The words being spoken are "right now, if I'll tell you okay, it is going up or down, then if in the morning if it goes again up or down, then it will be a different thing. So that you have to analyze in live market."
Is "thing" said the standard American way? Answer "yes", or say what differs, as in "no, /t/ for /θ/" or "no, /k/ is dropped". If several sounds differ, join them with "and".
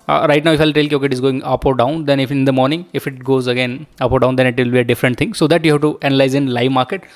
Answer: no, /t/ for /θ/